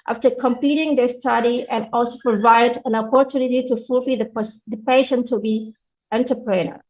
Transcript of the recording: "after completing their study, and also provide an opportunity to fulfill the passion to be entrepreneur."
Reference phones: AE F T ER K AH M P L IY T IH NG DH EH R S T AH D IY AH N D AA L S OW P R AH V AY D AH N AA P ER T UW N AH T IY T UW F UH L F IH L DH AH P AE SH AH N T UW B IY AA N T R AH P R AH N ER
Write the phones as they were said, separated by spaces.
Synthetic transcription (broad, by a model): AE F T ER K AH M P IY T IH NG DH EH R S T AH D IY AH N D AA L S OW P R AH V AY D AH N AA P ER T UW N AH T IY T UW F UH L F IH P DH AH P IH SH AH N T UW B IY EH N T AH P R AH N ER